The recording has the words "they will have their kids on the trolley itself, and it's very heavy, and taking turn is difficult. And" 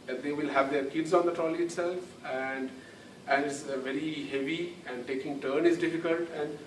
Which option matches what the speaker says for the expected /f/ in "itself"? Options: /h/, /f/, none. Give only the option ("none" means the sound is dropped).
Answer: /f/